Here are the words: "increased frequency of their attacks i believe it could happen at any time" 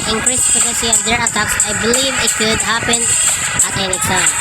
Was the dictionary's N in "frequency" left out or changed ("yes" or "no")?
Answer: yes